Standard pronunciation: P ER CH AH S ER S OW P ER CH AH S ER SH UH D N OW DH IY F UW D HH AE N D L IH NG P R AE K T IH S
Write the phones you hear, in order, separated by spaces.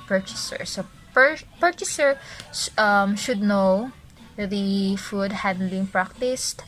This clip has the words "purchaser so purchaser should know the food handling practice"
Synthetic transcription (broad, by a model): P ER CH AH S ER S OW P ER CH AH S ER SH UH D N OW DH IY F UW D HH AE D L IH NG P R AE K T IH S